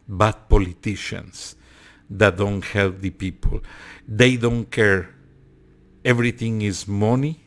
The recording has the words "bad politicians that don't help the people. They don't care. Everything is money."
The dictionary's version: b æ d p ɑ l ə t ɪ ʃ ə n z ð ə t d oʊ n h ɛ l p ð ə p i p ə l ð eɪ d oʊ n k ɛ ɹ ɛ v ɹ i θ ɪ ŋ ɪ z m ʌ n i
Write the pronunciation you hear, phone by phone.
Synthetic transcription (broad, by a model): b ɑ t p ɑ l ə t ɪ ʃ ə n s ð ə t d oʊ n h ɛ l p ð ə p i p ə l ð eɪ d oʊ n k ɛ ɹ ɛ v ɹ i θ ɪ ŋ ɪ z m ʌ n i